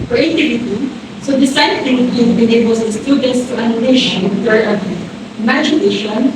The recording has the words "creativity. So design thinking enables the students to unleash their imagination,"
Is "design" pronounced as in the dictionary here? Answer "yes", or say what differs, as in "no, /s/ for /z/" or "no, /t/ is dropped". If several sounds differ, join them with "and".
no, /s/ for /z/